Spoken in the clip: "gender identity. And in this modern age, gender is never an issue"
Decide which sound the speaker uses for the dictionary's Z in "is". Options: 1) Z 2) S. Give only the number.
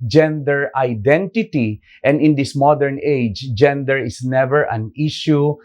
2